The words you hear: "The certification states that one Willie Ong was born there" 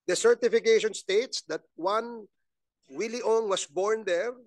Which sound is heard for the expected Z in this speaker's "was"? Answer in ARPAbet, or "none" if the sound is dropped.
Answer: S